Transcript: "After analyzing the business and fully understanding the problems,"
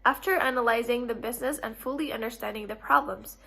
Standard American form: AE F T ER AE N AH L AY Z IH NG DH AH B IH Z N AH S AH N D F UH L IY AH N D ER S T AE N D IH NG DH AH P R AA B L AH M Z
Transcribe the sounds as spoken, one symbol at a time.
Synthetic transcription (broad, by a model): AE F T ER AE N AH L AY Z IH NG DH AH B IH Z N AH S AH N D F UH L IY AH N D ER S T AE N D IH NG DH AH P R AA B L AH M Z